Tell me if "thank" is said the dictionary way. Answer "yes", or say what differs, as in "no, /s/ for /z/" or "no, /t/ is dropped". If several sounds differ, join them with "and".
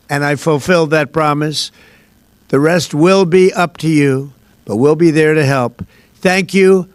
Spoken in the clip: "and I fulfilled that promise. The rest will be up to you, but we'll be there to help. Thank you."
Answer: yes